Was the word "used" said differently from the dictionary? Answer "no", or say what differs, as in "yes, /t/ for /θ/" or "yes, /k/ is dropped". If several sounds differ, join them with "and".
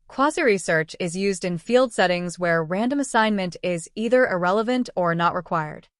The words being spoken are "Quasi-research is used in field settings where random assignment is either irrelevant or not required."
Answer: no